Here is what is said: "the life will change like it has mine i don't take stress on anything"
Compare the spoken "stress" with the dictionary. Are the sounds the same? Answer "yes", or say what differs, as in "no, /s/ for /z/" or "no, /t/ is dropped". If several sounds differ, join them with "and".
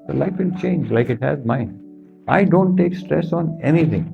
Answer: yes